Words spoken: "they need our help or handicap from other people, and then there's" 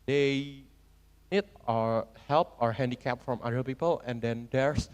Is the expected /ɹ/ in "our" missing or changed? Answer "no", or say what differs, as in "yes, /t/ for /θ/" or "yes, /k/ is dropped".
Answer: no